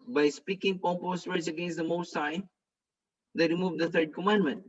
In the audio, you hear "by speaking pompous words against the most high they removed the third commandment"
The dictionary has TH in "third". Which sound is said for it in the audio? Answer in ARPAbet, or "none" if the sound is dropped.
T